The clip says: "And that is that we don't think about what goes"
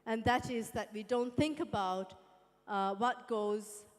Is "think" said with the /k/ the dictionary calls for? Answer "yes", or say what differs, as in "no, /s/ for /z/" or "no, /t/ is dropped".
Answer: yes